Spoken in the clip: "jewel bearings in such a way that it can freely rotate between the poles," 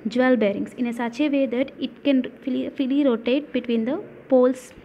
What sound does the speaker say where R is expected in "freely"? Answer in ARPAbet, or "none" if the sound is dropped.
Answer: none